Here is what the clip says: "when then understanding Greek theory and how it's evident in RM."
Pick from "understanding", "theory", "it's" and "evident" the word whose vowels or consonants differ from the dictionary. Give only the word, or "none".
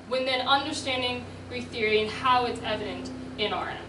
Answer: none